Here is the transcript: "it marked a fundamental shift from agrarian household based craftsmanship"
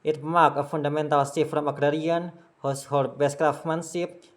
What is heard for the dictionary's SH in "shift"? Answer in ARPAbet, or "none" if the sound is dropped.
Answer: S